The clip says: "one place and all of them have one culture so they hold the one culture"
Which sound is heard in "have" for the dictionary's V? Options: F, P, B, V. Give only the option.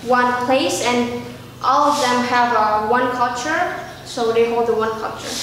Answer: V